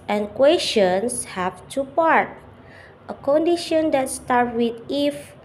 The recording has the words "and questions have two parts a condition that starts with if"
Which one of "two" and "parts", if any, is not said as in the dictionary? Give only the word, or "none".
parts